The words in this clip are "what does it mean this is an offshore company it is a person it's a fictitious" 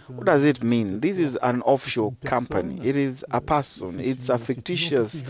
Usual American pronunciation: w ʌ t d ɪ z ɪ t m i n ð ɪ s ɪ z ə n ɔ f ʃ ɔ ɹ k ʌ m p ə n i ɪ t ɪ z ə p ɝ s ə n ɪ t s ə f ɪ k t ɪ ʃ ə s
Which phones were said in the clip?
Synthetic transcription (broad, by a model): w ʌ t d ɪ z ɪ t m i n ð ɪ s ɪ z ə n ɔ f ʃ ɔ k ʌ m p ə n i ɪ t ɪ z ə p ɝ s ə n ɪ t s ə f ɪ k t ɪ ʃ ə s